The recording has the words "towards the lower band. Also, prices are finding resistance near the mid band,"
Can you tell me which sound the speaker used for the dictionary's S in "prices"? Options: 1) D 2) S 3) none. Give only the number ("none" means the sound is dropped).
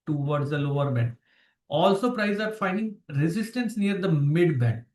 3